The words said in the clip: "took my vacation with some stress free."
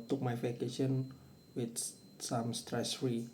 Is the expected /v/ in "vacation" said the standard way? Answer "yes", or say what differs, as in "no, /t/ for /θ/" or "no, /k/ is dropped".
no, /f/ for /v/